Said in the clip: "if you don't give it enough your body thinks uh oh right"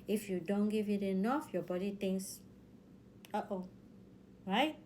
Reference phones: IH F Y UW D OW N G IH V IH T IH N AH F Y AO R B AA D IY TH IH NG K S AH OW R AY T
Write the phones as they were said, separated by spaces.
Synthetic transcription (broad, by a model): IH F Y UW D OW N G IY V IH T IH N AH F Y AO B AA D IY T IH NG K S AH OW R AY T